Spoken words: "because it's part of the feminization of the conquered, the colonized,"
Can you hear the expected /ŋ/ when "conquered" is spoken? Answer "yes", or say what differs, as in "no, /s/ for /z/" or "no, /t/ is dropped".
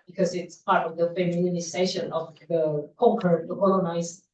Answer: no, /ŋ/ is dropped